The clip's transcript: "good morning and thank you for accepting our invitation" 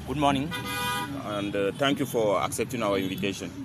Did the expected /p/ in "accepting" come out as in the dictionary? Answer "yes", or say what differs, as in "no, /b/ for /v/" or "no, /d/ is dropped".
yes